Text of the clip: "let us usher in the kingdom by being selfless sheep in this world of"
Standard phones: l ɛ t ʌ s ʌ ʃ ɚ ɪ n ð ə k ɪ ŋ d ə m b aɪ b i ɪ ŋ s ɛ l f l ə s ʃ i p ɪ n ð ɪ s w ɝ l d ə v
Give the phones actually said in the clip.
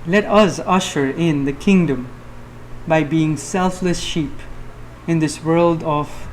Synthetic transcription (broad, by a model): l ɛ t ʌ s ʌ ʃ ɚ ɪ n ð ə k ɪ ŋ d ə m b aɪ b i ɪ ŋ s ɛ l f l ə s ʃ i p ɪ n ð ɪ s w ɝ l d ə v